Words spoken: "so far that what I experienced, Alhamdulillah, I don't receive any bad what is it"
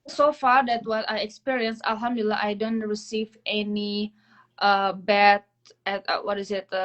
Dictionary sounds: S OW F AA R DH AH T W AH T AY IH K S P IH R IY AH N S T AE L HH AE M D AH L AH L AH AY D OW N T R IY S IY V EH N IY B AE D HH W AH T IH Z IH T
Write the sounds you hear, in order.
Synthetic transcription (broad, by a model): S OW F AA R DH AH T W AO T AY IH K S P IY R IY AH N S AE L HH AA M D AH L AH L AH AY D OW N T R IY S IY V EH N IY B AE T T W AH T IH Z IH T